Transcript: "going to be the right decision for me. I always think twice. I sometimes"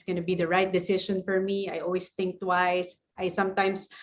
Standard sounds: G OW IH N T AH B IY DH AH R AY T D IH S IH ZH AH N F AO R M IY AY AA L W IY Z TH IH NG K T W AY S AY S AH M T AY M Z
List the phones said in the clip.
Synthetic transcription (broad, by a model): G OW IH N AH B IY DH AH R AY T D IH S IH SH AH N F AO R M IY AY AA L W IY S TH IH NG K T W AY S AY S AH M T AY M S